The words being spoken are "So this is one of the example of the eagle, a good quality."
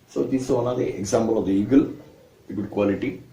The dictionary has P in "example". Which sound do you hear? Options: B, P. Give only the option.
B